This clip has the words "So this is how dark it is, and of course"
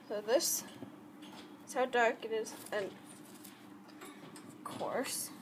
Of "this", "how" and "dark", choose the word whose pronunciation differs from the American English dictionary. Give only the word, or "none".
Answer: none